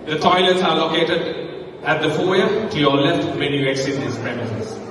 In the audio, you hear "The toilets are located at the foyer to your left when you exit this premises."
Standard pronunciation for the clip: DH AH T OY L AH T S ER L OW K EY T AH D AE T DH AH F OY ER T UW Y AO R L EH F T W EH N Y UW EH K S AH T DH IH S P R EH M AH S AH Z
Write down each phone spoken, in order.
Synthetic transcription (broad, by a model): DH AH T OY L AH T S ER L OW K EY T AH D AE T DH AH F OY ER T UW Y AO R L EH F T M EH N Y UW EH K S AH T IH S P R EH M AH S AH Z